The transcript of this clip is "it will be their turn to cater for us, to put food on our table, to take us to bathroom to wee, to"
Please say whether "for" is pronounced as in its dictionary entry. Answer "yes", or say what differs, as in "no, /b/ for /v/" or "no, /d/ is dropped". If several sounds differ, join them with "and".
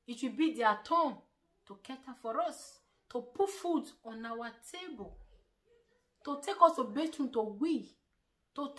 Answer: yes